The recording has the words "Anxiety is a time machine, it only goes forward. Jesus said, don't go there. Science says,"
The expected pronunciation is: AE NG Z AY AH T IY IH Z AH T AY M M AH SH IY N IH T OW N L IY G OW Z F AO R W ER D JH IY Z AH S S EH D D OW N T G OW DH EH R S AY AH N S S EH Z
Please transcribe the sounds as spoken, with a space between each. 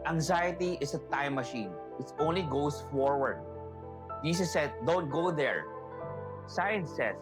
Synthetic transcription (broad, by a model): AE NG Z AY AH T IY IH S AH T AY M M AH SH IY N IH T OW N L IY G OW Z F AO R W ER D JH IY S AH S S EH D D OW N T G OW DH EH R S AY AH N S S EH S